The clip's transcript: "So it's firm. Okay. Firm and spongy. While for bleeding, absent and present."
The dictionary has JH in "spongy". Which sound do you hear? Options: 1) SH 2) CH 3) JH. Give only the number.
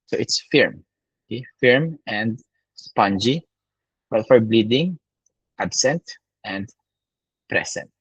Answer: 3